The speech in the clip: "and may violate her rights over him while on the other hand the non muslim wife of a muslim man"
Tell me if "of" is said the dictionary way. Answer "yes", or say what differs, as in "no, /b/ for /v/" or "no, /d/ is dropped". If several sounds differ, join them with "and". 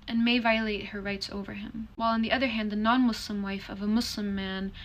yes